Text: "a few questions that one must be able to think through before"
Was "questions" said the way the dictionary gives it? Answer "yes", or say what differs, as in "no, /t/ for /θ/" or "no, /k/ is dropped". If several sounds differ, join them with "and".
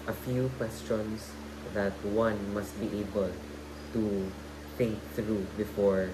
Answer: no, /s/ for /z/